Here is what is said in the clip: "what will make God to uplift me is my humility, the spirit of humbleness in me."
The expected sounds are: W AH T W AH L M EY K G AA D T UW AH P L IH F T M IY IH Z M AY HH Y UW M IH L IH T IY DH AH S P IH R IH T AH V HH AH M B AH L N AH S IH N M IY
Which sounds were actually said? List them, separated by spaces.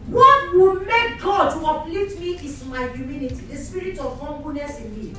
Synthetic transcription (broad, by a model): W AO T W AH L M EY K G AA D T UW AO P L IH T M IY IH S M AY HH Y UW M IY N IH T IY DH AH S P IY R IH T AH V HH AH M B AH N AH S IH N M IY